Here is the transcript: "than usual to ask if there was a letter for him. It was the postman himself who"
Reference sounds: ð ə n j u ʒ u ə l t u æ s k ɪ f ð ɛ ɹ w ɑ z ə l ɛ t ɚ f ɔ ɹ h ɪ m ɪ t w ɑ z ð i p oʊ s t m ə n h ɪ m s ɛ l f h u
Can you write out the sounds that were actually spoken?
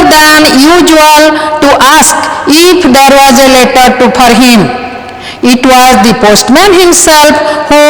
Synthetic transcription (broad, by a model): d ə n j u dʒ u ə l t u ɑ s k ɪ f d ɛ ɹ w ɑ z ə l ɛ t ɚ p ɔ ɹ h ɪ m ɪ t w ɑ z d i p oʊ s t m ə n h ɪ m s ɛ l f h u